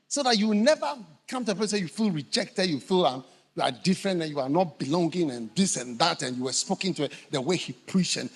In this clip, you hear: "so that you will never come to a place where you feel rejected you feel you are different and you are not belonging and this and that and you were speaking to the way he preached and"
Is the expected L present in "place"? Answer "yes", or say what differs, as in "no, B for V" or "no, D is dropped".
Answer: no, L is dropped